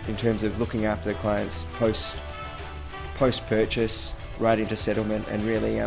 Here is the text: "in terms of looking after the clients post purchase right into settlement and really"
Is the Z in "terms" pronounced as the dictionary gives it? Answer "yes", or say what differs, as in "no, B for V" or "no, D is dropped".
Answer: yes